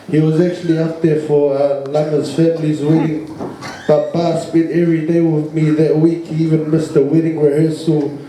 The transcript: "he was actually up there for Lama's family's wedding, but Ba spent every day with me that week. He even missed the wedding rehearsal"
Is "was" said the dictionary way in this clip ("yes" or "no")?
yes